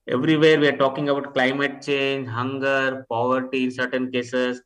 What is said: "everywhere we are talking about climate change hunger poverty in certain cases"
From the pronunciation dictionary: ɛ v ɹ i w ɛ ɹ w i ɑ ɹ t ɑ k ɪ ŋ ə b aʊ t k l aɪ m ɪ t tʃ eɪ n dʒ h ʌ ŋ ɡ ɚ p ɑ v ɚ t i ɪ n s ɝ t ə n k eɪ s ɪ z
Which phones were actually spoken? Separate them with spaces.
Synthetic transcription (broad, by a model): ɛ v ɹ i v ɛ ɹ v i ɑ ɹ t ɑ k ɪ ŋ ə b aʊ t k l aɪ m ɪ t tʃ eɪ n dʒ h ʌ ŋ ɡ ɚ p ɑ v ɚ t i ɪ n s ɝ t ə n k eɪ s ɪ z